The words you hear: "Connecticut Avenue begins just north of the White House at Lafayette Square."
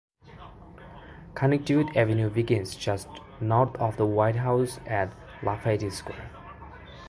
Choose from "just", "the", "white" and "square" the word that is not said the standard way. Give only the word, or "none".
square